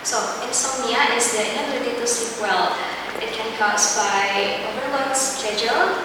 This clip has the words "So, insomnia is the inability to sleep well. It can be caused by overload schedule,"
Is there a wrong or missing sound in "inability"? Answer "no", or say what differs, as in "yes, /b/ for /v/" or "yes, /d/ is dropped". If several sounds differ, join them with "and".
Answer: yes, /b/ is dropped